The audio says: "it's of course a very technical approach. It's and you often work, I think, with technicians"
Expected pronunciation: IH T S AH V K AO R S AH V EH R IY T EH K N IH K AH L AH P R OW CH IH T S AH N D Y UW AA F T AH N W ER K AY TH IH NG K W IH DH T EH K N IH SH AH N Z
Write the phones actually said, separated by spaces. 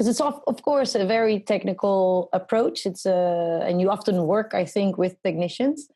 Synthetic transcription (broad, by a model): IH T S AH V K AO R S AH V EH R IY T EH K N IH K AH L AH P R OW CH IH T S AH N Y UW AA F T AH N W ER K AY TH IH NG K W IH DH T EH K N IH SH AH N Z